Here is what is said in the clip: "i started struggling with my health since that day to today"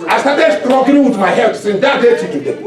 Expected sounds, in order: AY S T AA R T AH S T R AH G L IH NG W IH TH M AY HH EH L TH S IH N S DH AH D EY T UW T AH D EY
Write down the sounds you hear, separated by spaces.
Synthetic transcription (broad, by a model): AY S T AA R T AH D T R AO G IH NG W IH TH M AY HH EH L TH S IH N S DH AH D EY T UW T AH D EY